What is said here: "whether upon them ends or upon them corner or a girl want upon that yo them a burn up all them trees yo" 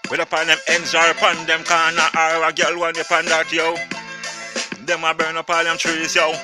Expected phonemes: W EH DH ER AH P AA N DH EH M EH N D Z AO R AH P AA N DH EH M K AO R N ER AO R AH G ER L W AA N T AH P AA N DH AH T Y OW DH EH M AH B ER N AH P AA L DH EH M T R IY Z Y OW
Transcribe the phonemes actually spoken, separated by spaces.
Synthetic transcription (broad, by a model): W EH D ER AH P AA N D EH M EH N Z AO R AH P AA N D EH M K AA N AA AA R AH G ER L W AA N AH P AA N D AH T Y OW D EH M AH B ER N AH P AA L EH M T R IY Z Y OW